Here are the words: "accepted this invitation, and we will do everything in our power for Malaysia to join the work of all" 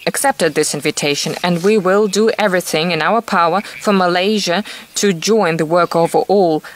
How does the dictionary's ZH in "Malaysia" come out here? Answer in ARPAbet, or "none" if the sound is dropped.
ZH